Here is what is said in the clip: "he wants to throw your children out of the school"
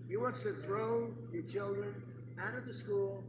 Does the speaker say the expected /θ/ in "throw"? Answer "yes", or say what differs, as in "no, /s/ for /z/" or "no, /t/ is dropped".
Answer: yes